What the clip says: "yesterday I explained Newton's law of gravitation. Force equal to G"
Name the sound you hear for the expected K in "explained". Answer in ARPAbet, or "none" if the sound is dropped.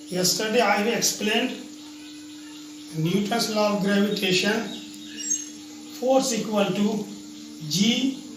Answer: K